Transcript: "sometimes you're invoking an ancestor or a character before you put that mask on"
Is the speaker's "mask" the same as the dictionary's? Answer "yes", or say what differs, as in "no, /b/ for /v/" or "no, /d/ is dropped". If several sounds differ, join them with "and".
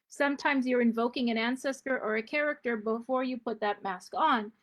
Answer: yes